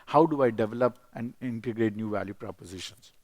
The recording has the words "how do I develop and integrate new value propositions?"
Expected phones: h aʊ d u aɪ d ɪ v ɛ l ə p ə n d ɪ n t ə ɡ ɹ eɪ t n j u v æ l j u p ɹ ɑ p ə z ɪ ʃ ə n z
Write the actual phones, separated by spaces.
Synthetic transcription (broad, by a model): h aʊ d u aɪ d ɪ v ɛ l ə p ə n d ɪ n t ə ɡ ɹ eɪ t n j u v æ l j u p ɹ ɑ p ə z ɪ ʃ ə n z